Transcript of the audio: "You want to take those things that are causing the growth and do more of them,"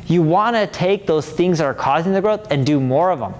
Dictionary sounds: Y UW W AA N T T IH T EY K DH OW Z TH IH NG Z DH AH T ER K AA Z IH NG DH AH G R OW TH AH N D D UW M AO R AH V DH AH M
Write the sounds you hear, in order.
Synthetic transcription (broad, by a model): Y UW W AA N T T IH T EY K DH OW Z TH IH NG Z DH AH T ER K AA Z IH NG DH AH G R OW TH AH N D D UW M AO R AH V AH M